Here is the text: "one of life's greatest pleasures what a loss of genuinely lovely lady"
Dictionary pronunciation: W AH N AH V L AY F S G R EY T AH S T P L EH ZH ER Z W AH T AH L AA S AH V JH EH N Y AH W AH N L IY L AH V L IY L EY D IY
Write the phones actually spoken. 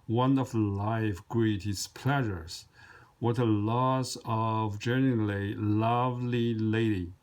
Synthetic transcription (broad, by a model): W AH N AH F L AY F G R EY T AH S P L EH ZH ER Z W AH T AH L AA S AH V JH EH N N L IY L AH V L IY L EY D IY